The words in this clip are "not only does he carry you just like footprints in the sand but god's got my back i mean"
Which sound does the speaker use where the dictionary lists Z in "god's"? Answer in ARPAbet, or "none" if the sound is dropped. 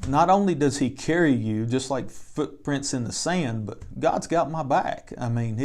Z